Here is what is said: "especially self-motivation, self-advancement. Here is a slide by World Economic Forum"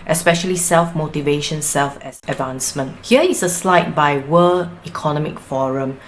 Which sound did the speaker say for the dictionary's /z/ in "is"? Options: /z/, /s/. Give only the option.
/s/